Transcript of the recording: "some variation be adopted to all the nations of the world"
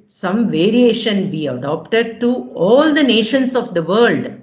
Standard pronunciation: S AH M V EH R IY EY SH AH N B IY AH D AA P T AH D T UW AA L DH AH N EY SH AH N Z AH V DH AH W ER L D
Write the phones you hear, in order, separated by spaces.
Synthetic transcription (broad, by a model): S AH M V EH R IY EY SH AH N B IY AH D AA P T AH D T UW AA L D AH N EY SH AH N S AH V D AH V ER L D